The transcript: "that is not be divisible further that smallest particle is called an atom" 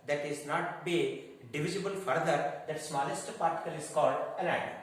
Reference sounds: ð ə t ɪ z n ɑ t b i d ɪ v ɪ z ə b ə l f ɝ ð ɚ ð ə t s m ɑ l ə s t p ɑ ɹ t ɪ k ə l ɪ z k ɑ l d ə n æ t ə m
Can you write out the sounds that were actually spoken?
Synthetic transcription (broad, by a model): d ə t ɪ z n ɑ t b i d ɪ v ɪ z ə b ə l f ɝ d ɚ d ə t s m ɑ l ə s t p ɑ ɹ t ɪ k ə l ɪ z k ɑ l d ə l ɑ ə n